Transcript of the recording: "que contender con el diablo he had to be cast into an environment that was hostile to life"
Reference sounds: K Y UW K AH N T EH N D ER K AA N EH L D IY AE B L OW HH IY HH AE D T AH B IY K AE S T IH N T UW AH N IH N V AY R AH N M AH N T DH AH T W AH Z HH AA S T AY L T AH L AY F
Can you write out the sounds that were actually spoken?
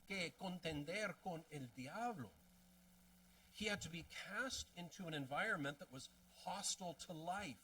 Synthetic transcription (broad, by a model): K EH K AH N T EH N D ER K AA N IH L D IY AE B L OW HH IY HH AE D T AH B IY K AE S T IH N T UW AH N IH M V AY R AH N M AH N DH AH T W AH Z HH AA S T L T AH L AY F